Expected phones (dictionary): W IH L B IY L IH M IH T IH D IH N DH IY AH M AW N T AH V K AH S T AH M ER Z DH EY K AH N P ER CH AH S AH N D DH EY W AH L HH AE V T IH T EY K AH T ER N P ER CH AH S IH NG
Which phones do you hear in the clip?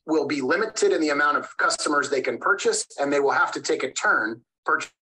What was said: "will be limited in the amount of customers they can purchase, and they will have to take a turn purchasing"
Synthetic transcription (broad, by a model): W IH L B IY L IH M IH T IH D IH N DH IY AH M AW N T AH V K AH S T AH M ER Z DH EY K AH N P ER CH AH S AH N DH EY W AH L HH AE F T IH T EY K AH T ER N P ER CH